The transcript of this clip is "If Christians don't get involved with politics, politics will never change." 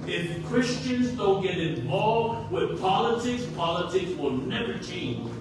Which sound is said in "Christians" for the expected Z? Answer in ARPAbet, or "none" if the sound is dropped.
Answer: Z